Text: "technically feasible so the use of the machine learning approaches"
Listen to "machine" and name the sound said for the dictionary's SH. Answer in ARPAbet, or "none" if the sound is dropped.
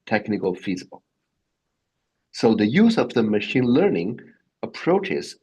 SH